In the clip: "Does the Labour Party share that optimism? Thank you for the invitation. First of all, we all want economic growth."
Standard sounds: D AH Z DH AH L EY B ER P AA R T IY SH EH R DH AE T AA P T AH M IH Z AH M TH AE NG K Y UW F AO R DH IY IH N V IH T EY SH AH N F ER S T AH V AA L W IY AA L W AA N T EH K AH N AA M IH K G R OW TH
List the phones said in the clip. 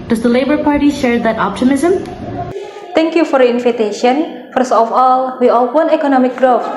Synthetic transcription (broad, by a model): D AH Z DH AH L EY B ER P AA R T IY SH EH R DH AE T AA P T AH M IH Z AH M T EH NG K Y UW F AO R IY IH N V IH T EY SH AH N F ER S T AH F AA L W IY AA L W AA N EH K AH N AA M IH K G R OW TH